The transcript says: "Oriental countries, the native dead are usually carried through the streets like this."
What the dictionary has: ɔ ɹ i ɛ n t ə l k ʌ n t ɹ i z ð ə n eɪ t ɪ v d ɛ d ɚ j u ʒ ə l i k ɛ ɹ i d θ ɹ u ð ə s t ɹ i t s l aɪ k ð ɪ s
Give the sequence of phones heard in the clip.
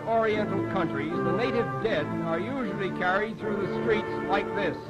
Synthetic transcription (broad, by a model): ɔ ɹ i ɛ n t l k ʌ n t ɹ i z ð ə n eɪ t ɪ v d ɛ d ɚ j u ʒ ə l i k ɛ ɹ i d θ ɹ u ð ə s t ɹ i t s l aɪ k ð ɪ s